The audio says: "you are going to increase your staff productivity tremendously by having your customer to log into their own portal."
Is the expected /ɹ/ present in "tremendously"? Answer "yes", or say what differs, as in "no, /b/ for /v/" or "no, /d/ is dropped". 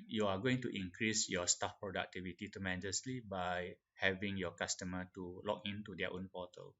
no, /ɹ/ is dropped